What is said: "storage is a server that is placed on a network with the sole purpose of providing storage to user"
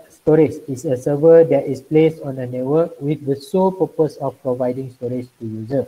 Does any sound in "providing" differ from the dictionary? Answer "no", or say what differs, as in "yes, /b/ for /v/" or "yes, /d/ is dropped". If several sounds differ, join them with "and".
no